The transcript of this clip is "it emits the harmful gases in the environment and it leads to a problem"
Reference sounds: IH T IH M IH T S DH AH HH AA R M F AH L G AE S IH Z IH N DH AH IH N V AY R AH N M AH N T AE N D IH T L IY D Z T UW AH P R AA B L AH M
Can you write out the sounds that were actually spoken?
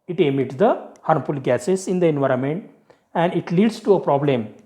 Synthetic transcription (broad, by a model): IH T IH M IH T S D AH HH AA R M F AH L G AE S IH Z IH N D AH IH N V AY R AH N M AH N T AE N D IH T L IY D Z T UW AH P R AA B L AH M